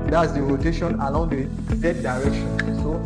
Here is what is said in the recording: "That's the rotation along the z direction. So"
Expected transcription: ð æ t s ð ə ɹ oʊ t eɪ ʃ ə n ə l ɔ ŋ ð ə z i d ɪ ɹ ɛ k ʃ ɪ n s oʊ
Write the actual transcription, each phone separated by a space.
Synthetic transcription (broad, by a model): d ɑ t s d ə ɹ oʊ t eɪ ʃ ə n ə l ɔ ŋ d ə s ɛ d ɪ ɹ ɛ k ʃ ɪ n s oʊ